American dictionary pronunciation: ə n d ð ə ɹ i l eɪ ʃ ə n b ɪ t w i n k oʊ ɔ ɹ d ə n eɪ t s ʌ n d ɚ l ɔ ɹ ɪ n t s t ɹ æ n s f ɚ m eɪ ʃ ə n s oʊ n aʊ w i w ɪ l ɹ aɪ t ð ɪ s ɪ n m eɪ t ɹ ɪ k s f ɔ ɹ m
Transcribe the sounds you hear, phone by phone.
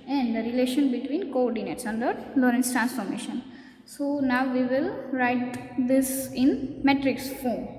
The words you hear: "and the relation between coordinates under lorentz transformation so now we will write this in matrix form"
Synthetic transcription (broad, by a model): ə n d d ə ɹ i l eɪ ʃ ə n b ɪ t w i n k oʊ ɔ ɹ d ə n eɪ t s ʌ n d ɚ l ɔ ɹ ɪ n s t ɹ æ n s f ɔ m eɪ ʃ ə n s oʊ n aʊ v i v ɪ l ɹ aɪ t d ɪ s ɪ n m eɪ t ɹ ɪ k s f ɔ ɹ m